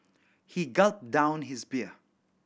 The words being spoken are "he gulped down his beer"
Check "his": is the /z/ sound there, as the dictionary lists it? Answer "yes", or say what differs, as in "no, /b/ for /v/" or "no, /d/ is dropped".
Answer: yes